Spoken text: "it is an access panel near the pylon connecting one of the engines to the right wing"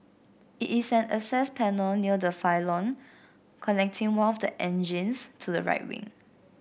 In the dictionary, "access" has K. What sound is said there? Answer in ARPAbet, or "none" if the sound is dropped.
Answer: none